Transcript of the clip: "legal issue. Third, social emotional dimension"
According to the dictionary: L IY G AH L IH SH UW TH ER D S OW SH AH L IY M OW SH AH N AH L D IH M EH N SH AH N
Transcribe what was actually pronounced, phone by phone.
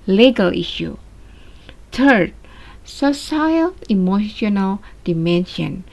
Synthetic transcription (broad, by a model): L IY G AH L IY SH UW T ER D S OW S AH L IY M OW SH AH N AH L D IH M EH N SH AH N